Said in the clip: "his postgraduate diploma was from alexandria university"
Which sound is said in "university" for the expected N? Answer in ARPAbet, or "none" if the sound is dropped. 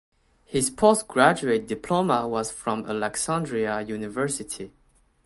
N